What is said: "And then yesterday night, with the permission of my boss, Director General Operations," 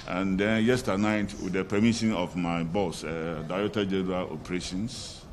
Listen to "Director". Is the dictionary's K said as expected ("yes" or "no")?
no